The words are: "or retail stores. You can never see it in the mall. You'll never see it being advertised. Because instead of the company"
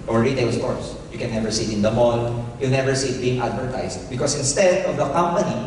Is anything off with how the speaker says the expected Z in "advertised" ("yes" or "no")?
yes